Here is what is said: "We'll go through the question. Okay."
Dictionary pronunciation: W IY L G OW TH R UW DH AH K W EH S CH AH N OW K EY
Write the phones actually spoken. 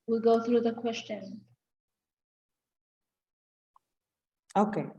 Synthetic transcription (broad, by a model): W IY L G OW TH R UW DH AH K W EH S CH AH N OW K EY